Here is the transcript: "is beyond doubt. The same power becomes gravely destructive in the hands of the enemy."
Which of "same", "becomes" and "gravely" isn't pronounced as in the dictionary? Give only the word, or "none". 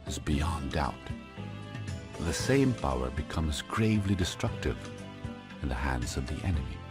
none